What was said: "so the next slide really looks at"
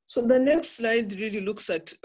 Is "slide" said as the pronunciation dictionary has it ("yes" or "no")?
yes